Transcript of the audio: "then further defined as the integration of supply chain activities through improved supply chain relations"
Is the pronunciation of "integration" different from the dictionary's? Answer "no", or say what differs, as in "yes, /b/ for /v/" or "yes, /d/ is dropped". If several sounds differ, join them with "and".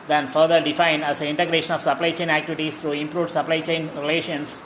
no